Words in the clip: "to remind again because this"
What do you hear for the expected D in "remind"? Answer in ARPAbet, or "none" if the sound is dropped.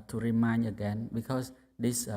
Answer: none